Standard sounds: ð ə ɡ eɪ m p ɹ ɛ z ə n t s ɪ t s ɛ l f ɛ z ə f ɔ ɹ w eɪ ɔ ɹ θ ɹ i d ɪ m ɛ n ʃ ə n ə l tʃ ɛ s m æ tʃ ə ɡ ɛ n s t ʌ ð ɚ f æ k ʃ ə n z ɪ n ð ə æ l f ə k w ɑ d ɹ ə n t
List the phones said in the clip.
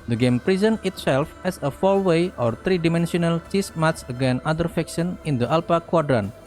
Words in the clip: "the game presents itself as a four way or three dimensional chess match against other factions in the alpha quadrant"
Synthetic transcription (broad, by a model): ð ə ɡ eɪ m p ɹ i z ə n ɪ t s ɛ l f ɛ s ə f ɔ l w eɪ ɔ ɹ t ɹ i d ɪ m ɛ n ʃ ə n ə l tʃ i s m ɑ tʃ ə ɡ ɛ n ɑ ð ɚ f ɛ k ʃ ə n ɪ n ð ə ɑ l p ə k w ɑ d ɹ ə n